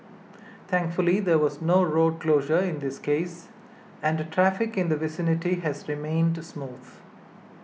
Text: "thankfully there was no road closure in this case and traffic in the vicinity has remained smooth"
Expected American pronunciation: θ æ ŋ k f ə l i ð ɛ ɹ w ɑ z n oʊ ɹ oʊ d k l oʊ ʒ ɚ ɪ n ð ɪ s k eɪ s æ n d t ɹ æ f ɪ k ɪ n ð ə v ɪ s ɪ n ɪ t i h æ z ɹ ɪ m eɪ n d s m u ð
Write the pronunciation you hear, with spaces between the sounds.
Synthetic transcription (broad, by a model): t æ ŋ k f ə l i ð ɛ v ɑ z n oʊ ɹ oʊ d k l oʊ ʒ ɚ ɪ n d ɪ s k eɪ s æ n d t ɹ æ f ɪ k ɪ n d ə v ɪ s ɪ n ɪ t i h æ z ɹ ɪ m eɪ n d s m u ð